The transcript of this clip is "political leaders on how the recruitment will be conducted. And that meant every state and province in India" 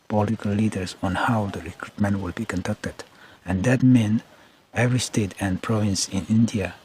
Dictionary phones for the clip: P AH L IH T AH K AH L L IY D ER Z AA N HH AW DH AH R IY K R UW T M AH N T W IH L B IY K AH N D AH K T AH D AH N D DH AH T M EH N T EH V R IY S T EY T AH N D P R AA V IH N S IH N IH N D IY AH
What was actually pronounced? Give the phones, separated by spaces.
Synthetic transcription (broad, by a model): P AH L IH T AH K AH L L IY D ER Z AA N HH AW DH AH R IY K R UW T M AH N T W IH L B IY K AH N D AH K T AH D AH N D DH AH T M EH N EH V R IY S T EY T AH N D P R AA V IH N S IH N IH N D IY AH